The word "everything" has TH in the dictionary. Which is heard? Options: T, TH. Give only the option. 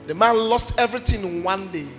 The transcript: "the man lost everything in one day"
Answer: T